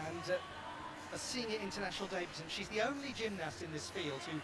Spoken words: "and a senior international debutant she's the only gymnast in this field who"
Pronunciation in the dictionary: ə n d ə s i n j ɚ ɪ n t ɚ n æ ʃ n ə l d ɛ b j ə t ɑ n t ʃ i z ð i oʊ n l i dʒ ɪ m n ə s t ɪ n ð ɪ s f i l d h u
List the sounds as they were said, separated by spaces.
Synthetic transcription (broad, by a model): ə n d ə s i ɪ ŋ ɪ ɪ n t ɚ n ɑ ʃ n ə l d ɛ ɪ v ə s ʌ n ʃ i z ð i oʊ n l i dʒ ɪ m n ə s t ɪ n ð ɪ s f i l d h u